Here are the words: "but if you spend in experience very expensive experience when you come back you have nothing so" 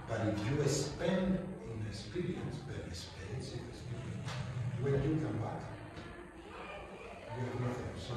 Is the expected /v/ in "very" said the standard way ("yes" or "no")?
no